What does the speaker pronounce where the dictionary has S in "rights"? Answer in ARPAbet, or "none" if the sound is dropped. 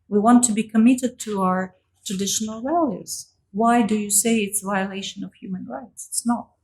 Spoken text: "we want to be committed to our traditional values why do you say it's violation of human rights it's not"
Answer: S